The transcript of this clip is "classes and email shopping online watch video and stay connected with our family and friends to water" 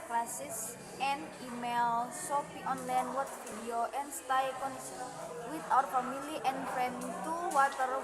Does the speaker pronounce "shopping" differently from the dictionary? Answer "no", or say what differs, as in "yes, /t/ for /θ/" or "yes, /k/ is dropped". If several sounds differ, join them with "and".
yes, /s/ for /ʃ/ and /f/ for /p/